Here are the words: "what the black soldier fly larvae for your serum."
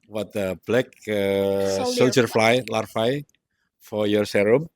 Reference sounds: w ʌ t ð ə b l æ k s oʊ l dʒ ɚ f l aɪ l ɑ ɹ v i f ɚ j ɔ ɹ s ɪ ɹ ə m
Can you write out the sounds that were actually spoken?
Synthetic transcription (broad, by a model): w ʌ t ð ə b l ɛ k s oʊ l dʒ ɚ f l aɪ l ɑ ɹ f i f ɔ j ɔ ɹ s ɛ ɹ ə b